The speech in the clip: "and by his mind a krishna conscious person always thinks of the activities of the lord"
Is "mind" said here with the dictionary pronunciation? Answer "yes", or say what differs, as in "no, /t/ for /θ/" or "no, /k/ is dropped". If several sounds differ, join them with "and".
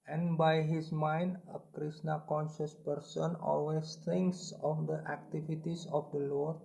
yes